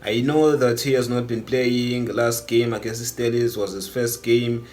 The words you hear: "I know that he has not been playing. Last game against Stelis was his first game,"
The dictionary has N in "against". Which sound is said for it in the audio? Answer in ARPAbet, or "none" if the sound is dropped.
none